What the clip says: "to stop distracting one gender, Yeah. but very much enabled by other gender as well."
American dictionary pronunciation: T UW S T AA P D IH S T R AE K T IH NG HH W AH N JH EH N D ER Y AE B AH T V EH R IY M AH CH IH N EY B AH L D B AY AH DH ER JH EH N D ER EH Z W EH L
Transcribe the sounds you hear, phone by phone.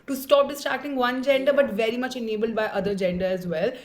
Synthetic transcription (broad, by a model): T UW S T AA P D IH S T AA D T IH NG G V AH N JH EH N D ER B AH T V EH R IY M AH CH IH N EY B AH L D B AY AH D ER JH EH N D ER EH Z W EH L